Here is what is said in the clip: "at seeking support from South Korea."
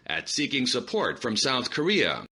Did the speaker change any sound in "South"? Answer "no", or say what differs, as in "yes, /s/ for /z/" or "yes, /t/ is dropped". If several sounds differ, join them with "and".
no